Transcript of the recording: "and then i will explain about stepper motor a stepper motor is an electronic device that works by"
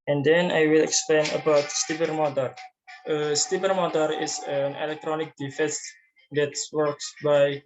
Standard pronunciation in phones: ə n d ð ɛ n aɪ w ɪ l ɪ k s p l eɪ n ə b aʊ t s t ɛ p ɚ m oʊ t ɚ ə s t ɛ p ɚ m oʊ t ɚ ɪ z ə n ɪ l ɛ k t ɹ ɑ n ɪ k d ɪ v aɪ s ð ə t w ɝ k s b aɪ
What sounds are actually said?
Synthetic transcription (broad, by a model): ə n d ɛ n aɪ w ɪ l ɪ k s p l eɪ n ə b aʊ t s t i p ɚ m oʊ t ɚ ə s t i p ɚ m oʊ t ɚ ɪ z ə n ɪ l ɛ k t ɹ ɑ n ɪ k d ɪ f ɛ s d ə t w ɝ k s b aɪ